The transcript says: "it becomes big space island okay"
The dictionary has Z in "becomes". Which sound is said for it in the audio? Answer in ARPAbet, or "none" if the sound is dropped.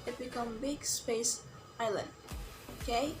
none